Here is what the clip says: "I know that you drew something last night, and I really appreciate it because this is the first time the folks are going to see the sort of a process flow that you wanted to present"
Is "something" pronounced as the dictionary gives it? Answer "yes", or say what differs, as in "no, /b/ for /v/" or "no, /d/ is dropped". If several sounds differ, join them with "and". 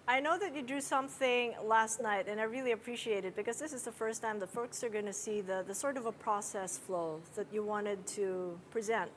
yes